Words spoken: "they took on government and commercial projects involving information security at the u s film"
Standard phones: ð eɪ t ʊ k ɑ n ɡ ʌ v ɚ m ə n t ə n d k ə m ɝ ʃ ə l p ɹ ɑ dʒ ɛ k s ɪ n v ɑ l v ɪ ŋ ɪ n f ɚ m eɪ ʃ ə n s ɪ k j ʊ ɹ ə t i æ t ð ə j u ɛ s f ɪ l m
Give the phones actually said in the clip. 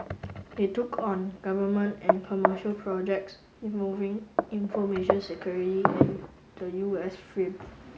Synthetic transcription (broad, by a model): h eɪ t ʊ k ɑ n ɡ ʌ v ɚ m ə n t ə n k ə m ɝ ʃ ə l p ɹ ɑ dʒ ɛ k s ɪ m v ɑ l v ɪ ŋ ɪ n f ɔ m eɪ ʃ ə n s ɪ k j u ɹ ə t i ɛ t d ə j u ɛ s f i m